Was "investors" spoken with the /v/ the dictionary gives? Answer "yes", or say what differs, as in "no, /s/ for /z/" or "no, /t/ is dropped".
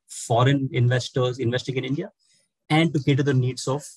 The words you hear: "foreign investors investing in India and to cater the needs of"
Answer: yes